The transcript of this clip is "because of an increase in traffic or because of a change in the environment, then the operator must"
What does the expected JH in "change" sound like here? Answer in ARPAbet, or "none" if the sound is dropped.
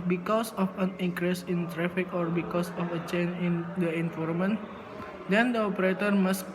none